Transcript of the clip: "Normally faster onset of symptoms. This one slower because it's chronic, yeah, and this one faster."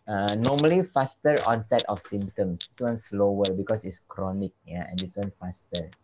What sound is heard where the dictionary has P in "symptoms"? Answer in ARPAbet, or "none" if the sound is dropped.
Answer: none